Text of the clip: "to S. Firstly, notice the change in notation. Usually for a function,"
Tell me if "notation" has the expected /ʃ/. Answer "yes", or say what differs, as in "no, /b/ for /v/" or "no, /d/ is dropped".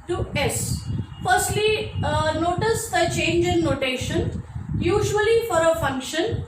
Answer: yes